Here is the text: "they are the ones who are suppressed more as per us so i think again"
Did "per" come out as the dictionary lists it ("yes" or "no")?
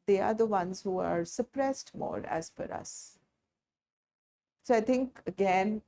no